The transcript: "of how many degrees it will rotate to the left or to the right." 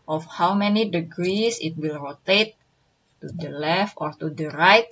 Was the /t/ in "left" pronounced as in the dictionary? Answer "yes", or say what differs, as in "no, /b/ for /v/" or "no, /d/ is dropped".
yes